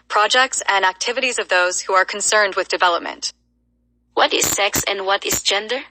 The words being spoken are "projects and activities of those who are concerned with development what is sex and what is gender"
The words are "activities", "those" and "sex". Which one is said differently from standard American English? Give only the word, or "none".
none